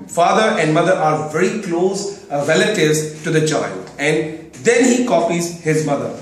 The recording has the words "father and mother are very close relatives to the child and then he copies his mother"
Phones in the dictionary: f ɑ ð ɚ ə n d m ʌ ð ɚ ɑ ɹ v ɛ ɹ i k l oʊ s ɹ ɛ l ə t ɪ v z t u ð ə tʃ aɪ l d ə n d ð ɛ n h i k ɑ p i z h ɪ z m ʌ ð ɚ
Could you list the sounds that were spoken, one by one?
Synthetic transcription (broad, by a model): f ɑ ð ɚ ə n d m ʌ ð ɚ ɑ ɹ v ɛ ɹ i k l oʊ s ɹ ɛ l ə t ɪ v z t u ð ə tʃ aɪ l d ə n d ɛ n h i k ɑ p i z h ɪ z m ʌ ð ɚ